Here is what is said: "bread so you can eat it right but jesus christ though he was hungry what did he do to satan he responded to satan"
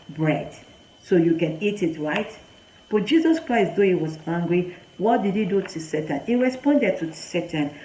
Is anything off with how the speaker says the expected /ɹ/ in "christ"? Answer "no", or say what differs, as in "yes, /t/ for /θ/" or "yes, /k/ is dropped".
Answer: no